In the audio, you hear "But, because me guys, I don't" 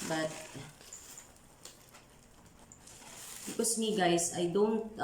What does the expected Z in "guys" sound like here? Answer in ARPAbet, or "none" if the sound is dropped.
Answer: S